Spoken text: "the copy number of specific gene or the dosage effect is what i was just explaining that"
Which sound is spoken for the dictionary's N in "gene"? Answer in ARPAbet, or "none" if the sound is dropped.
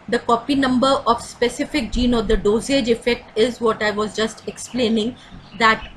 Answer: N